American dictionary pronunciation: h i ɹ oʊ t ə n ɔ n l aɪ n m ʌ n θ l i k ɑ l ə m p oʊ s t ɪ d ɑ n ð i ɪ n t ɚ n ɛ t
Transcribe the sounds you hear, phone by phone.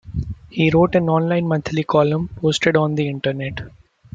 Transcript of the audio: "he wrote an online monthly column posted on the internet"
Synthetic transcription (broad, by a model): h i ɹ oʊ t ə n ɔ n l aɪ n m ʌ n t l i k ɑ l ə m p oʊ s t ɪ d ɑ n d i ɪ n t ɚ n ɛ t